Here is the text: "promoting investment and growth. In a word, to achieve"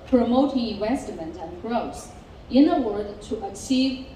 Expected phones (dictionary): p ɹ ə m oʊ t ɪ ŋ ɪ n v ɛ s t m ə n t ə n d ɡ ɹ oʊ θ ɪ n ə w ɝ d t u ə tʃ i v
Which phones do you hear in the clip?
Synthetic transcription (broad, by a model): p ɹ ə m oʊ t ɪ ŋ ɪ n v ɛ s t m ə n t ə n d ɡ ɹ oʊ s ɪ n ə w ɝ d t u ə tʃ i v